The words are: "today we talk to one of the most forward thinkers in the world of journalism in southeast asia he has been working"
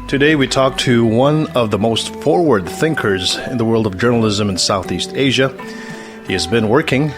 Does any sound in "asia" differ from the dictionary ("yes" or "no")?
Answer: no